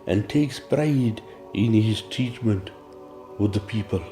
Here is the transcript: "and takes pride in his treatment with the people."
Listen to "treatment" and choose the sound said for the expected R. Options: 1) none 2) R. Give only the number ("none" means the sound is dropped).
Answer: 1